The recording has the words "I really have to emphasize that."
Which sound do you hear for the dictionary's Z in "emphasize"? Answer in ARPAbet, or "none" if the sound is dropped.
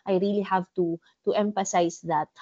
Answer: S